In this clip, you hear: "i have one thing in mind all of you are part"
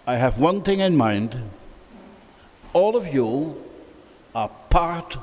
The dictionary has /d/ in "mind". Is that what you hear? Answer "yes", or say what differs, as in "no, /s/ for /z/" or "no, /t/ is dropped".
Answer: yes